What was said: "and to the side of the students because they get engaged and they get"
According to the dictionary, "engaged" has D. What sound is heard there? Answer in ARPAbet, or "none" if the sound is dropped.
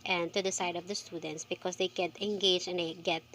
none